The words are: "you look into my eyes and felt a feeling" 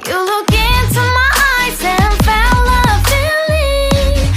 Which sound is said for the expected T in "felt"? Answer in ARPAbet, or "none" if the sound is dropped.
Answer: none